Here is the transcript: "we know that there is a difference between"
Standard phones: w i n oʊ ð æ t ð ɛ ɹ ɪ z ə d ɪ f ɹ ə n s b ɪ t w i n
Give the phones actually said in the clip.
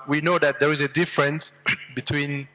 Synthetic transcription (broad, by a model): w i n oʊ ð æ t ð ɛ ɹ ɪ z ə d ɪ f ɹ ə n s b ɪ t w i n